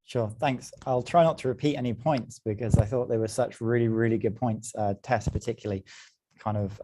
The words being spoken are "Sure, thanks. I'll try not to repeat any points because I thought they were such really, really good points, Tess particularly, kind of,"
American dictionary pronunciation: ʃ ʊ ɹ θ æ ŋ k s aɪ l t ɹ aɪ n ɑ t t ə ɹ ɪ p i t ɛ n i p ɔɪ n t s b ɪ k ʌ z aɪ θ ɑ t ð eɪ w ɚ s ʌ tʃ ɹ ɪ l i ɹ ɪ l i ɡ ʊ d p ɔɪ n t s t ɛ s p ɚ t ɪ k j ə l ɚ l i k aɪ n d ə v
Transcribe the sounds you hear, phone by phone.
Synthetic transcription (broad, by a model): ʃ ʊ θ æ ŋ k s aɪ l t ɹ aɪ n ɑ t t ə ɹ ɪ p i t ɛ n i p ɔɪ n t s b ɪ k ʌ z aɪ θ ɑ t ð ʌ w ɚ s ʌ tʃ ɹ ɪ l i ɹ ɪ l i ɡ ʊ d p ɔɪ n t s t ɛ s p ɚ t ɪ k j l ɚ l i k aɪ n d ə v